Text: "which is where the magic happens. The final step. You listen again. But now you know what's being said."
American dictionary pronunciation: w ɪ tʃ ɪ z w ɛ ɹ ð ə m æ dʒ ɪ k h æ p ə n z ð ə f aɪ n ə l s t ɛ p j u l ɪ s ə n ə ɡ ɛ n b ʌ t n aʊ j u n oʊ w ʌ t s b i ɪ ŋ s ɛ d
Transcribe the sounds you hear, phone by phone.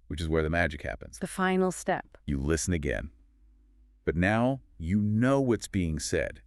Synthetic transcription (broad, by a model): w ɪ tʃ ɪ z w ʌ ɹ ð ə m æ dʒ ɪ k h æ p ə n z ð ə f aɪ n l s t ɛ p j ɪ l ɪ s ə n ə ɡ ɛ n b ʌ t n aʊ j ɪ n oʊ w ʌ t s b i ɪ ŋ s ɛ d